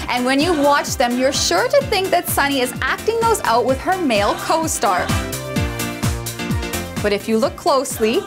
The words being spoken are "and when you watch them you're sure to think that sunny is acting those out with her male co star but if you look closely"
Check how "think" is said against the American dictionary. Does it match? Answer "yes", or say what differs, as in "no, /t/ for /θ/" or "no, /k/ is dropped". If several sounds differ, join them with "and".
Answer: yes